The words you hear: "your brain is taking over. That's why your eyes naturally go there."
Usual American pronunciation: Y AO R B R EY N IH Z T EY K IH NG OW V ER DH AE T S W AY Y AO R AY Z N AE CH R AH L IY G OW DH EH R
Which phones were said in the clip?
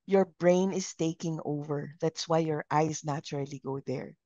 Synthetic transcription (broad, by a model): Y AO R B R EY N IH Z T EY K IH NG OW V ER DH AE T S W AY Y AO R AY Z N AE CH R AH L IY G OW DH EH R